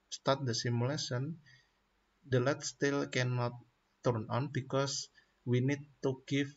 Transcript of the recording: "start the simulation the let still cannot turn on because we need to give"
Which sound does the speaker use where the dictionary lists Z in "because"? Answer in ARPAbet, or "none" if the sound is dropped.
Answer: S